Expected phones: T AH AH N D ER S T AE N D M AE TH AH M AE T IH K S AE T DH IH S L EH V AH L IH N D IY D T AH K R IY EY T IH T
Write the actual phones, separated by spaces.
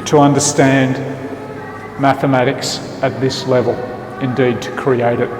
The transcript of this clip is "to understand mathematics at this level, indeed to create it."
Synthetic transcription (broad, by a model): T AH AH N D ER S T AE N D M AE TH AH M AE T IH K S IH T DH IH S L EH V AH L IH N D IY D T AH K R IY EY T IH T